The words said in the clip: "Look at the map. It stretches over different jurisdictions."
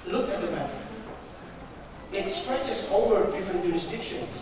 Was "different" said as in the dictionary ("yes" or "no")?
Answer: no